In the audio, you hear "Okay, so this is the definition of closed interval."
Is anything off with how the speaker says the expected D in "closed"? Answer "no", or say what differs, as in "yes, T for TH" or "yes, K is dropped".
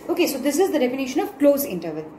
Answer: yes, D is dropped